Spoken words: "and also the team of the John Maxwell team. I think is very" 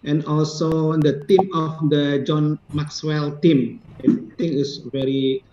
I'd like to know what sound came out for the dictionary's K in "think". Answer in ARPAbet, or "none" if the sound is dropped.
none